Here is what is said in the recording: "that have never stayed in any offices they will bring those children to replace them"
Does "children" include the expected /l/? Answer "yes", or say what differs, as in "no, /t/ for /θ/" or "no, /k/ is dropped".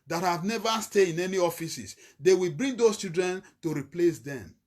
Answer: no, /l/ is dropped